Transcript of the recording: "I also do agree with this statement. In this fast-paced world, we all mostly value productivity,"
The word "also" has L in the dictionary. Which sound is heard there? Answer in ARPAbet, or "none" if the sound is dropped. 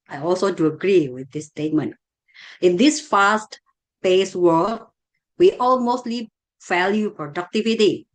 L